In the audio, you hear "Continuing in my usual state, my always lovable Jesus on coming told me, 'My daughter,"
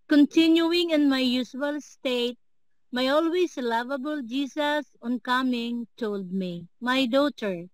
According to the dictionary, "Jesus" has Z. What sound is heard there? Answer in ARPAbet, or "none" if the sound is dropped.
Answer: S